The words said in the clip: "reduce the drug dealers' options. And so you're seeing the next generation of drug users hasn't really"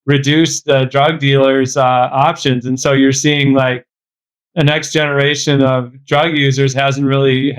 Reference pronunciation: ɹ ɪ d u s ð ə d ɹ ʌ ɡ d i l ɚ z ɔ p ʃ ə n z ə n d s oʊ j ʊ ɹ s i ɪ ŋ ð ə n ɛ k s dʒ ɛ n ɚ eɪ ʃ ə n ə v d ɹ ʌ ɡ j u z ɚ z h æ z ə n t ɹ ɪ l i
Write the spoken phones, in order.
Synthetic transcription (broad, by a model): ɹ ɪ d u s ð ə d ɹ ʌ ɡ d i l ɚ z ɔ p ʃ ə n z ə n s oʊ j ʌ ɹ s i ɪ ŋ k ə n ɛ k s dʒ ɛ n ɚ eɪ ʃ ə n ə v d ɹ ʌ ɡ j u z ɚ z h æ z n t ɹ ɪ l i